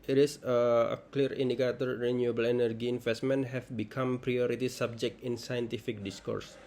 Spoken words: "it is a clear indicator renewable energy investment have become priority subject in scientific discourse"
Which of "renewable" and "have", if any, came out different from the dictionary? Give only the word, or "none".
have